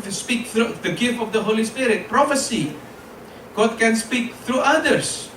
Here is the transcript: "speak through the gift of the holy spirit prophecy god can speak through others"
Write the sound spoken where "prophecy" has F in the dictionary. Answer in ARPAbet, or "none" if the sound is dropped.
F